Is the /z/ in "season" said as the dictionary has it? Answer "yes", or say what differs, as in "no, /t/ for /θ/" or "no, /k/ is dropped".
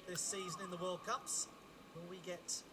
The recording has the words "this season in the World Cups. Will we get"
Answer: yes